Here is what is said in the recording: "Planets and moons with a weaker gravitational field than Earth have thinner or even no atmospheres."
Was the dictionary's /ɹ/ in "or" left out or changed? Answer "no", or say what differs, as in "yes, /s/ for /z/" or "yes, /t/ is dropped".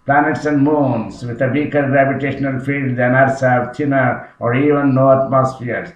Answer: no